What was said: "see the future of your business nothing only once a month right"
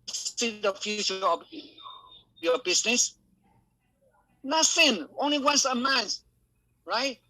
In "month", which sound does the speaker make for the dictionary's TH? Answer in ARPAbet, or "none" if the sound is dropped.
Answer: S